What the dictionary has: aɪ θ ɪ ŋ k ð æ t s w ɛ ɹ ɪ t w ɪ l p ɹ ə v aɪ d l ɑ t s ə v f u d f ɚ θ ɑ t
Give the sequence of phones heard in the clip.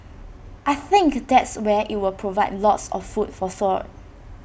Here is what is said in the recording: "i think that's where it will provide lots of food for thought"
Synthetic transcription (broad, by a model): aɪ θ ɪ ŋ k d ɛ t s w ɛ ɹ ɪ t w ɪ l p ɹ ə v aɪ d l ɑ t s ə f f u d f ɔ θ ɑ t